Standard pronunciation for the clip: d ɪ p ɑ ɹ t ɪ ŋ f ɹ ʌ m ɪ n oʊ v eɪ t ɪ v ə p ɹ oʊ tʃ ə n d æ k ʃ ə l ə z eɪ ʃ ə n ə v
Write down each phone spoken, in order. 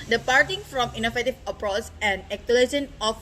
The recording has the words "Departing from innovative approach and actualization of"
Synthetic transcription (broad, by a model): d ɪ p ɑ ɹ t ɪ ŋ f ɹ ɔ m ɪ n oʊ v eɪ t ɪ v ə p ɹ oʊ s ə n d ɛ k ə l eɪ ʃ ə n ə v